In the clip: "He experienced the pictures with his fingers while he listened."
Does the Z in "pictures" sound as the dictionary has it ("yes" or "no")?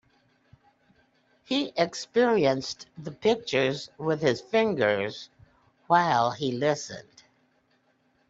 yes